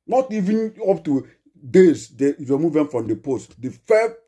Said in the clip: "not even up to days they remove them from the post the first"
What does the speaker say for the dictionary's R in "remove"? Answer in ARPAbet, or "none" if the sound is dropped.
W